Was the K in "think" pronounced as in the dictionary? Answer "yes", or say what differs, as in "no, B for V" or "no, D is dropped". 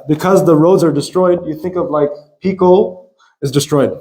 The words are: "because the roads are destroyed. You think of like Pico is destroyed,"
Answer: yes